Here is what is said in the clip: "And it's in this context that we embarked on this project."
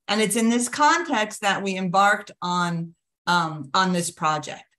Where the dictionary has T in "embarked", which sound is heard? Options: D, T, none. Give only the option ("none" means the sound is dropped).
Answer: T